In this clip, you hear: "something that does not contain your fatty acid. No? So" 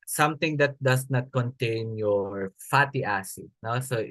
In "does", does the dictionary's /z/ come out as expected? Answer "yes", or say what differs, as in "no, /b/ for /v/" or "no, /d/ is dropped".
no, /s/ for /z/